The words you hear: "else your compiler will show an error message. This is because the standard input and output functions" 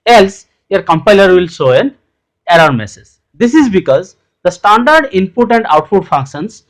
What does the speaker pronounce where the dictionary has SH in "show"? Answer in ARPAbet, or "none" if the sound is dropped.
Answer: S